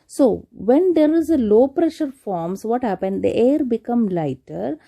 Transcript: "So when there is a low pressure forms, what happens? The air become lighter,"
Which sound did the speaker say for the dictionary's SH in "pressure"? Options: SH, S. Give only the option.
SH